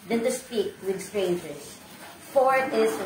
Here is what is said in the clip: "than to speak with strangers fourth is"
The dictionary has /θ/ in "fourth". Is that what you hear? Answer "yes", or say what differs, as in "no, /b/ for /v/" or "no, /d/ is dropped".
no, /t/ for /θ/